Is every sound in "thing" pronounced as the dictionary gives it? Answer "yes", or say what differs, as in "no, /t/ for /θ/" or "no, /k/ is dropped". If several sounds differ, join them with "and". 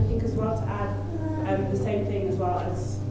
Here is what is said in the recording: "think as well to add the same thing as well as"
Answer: yes